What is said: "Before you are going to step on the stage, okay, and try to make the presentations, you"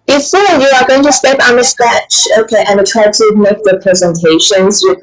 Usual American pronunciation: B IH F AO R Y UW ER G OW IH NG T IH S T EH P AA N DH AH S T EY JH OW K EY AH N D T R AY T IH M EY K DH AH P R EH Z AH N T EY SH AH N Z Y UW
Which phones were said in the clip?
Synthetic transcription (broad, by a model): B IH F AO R Y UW ER G OW IH NG T IH S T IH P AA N DH AH S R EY CH OW K EY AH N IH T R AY T IH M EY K DH AH P R EH Z AH N T EY SH AH N Z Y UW